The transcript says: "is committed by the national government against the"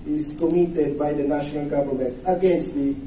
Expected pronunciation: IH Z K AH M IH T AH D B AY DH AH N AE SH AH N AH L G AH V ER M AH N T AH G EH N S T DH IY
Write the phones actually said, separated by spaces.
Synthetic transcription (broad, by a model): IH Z K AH M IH T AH D B AY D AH N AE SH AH N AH L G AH B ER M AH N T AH G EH N S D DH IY